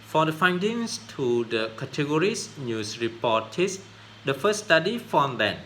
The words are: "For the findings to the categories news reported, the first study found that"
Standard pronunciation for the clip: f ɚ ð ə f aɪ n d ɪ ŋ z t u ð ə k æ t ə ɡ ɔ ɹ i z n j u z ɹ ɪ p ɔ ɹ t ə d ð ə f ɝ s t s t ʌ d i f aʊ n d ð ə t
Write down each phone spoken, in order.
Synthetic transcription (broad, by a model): f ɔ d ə f aɪ n d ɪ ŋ s t u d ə k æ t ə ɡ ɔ ɹ i s n j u s ɹ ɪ p ɔ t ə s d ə f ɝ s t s t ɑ d i f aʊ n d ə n